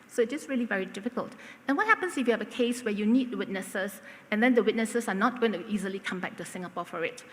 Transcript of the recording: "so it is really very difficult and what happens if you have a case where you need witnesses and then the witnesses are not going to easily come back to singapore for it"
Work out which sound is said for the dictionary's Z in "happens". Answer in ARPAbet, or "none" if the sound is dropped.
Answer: S